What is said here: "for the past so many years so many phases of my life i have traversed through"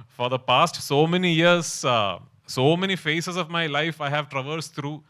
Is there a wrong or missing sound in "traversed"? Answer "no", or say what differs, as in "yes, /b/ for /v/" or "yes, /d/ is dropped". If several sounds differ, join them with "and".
no